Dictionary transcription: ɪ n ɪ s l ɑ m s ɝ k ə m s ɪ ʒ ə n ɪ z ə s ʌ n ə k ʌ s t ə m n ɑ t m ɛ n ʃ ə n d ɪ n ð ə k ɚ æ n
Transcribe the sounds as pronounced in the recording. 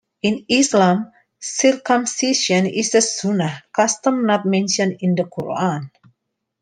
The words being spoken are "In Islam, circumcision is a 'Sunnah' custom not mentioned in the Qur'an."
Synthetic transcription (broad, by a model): ɪ n ɪ s l ɑ m s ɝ k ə m s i s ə n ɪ s ə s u n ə k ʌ s t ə m n ɑ t m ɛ n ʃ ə n ɪ n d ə k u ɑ n